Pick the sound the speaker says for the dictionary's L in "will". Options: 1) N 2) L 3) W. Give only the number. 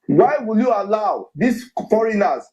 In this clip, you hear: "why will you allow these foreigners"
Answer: 2